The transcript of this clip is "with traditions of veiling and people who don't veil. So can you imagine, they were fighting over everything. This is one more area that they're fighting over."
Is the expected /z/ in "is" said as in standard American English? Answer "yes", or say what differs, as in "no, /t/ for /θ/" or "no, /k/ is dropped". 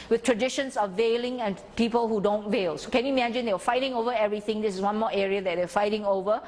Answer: no, /s/ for /z/